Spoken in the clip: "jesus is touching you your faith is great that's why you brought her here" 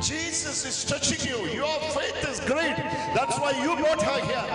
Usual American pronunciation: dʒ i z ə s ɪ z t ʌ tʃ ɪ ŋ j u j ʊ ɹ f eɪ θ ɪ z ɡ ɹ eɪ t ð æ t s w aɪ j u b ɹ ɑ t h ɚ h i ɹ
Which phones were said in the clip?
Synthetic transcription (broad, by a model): dʒ i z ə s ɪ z t ʌ tʃ ɪ ŋ j u j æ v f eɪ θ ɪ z ɡ ɹ eɪ t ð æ t s w aɪ j u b ɑ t h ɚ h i